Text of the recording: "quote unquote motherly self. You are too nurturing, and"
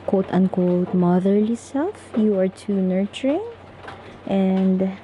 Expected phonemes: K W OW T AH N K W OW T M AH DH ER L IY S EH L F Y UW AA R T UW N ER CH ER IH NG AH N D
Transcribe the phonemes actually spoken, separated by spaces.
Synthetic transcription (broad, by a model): K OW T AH N K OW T M AH DH ER L IY S EH L F Y UW AA R T UW N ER CH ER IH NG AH N D